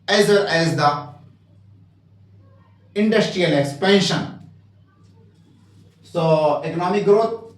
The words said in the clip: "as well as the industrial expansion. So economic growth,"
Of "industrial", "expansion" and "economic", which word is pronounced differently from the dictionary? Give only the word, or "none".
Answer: expansion